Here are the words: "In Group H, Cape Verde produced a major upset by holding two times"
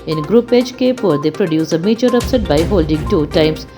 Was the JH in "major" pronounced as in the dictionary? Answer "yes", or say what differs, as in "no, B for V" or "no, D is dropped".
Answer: no, CH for JH